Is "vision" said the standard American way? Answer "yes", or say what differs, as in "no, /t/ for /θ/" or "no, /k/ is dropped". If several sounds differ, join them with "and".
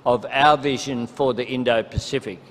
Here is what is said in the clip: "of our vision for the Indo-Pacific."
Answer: yes